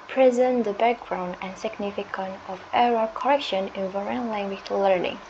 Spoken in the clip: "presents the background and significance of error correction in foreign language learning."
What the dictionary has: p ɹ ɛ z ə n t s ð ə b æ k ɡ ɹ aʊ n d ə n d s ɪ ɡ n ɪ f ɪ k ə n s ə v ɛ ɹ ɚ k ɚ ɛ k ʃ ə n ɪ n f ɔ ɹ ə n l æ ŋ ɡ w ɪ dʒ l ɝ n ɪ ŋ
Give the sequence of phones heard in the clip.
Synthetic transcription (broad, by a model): p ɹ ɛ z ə n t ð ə b æ k ɡ ɹ aʊ n d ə n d s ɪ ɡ n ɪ f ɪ k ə n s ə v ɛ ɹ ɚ k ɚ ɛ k ʃ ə n ɪ n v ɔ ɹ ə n l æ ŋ ɡ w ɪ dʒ l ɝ n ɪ ŋ